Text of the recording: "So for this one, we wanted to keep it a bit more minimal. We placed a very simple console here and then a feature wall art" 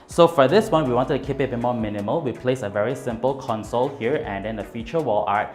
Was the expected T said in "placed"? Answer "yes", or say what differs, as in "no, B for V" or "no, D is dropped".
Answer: no, T is dropped